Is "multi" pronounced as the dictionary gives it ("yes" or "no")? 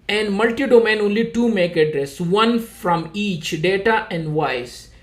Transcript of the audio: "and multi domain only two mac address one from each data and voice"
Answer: yes